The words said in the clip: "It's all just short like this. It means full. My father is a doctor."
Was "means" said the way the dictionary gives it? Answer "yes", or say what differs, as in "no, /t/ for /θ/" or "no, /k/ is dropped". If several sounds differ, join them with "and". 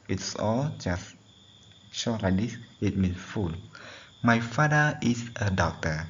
no, /s/ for /z/